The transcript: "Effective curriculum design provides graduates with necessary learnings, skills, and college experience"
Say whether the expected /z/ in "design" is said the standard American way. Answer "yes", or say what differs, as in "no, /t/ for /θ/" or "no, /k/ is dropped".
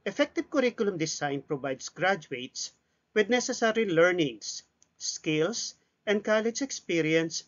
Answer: no, /s/ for /z/